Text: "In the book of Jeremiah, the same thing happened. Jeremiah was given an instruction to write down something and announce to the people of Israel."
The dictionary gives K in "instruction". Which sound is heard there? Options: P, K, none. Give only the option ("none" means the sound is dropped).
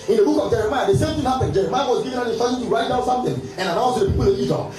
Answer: none